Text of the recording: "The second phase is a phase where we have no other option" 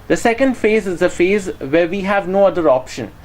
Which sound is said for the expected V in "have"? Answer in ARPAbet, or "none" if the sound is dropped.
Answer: V